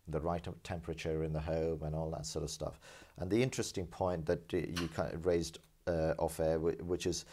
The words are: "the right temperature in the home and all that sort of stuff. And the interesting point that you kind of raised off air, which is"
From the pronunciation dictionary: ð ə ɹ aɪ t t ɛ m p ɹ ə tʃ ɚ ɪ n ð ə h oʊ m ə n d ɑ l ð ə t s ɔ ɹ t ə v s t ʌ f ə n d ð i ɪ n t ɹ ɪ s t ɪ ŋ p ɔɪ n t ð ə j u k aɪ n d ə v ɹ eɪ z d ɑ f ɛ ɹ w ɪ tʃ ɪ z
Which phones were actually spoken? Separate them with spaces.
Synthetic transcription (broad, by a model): ð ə ɹ aɪ t t ɛ m p ɹ ə tʃ ɚ ɪ n ð ə h oʊ m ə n ɑ l ð ə t s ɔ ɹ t ə v s t ʌ f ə n ð i ɪ n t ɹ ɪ s t ɪ ŋ p ɔɪ n ð ə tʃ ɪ k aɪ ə ɹ eɪ z d ɑ f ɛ w w ɪ tʃ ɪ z